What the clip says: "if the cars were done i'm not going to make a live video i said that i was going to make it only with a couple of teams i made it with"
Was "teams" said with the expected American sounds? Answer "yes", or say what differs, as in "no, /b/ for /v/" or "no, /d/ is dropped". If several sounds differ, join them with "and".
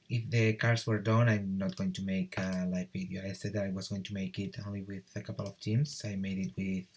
no, /s/ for /z/